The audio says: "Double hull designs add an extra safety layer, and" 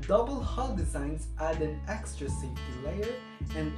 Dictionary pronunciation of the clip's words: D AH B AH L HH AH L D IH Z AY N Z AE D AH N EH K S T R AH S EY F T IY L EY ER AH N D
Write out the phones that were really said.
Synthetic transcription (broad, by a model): D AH B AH L HH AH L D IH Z AY N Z AE D AH N EH K S T R AH S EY T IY L EY ER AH N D